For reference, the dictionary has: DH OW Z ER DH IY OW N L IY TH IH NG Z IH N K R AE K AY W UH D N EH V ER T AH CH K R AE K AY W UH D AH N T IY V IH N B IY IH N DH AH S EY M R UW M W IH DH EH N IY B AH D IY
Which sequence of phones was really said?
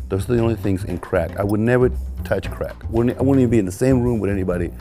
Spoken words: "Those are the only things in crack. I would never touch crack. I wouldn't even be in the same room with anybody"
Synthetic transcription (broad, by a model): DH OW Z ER DH IY OW N L IY TH IH NG Z IH N K R AE K AY W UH D N EH V ER T AH CH K R AE K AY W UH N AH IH W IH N B IY IH N DH AH S EY M R UW M W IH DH EH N IY B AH D IY